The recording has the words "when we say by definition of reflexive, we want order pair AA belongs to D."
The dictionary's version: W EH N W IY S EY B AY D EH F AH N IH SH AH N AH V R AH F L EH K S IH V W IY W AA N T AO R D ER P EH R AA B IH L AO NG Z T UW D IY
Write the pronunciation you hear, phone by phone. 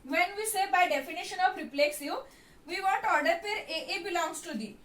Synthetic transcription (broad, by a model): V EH N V IY S EY B AY D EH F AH N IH SH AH N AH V R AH P L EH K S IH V IY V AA N T AO R D ER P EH R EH B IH L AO NG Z T UW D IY